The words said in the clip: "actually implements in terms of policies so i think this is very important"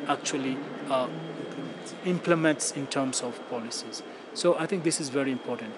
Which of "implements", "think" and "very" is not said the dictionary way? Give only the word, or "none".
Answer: think